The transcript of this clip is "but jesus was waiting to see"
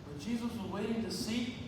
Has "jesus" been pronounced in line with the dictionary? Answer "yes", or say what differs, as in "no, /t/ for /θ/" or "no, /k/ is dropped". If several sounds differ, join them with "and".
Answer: yes